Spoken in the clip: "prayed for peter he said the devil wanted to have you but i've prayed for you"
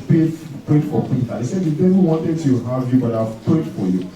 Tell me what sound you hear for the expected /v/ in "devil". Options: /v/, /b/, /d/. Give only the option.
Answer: /b/